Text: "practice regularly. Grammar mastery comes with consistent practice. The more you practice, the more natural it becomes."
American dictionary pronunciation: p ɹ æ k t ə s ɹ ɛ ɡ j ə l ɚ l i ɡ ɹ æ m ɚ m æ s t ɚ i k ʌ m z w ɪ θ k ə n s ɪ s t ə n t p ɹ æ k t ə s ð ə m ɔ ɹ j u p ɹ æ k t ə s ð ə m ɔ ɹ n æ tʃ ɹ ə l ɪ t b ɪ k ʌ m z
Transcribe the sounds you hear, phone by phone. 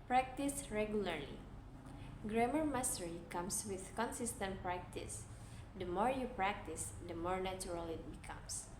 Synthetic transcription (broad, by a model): p ɹ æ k t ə s ɹ ɛ ɡ j ə l ɚ l i ɡ ɹ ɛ m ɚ m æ s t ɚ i k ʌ m s w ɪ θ k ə n s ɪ s t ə n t p ɹ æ k t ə s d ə m ɔ ɹ j u p ɹ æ k t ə s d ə m ɔ ɹ n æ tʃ ɹ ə l ɪ t b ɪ k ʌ m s